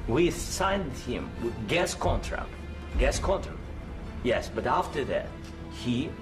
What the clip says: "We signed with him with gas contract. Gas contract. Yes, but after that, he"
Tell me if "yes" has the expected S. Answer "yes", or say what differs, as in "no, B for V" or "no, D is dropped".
yes